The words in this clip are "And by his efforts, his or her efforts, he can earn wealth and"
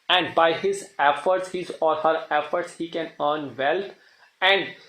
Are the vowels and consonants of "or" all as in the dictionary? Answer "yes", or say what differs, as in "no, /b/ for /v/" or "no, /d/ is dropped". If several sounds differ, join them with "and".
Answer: no, /l/ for /ɹ/